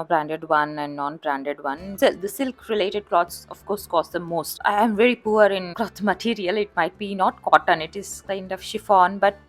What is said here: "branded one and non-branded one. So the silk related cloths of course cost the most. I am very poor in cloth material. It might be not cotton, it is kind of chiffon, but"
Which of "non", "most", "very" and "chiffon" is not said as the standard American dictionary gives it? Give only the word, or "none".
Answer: none